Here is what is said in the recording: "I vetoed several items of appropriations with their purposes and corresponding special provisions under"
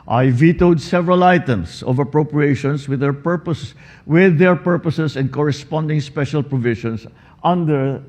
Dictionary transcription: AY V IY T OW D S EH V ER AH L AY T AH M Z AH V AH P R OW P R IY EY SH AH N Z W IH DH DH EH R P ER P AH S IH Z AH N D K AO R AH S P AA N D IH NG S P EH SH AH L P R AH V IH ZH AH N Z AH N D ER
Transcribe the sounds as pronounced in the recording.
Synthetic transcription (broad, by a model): AY V IY T OW D S EH V ER AH L AY T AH M S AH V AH P R OW P R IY EY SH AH N S W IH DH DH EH R P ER P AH S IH S AH N D K AO R AH S P AA N D IH NG S P EH SH AH L P R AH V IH SH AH N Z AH N D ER